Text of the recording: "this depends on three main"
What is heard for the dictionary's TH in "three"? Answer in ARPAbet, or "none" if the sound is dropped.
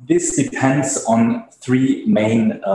TH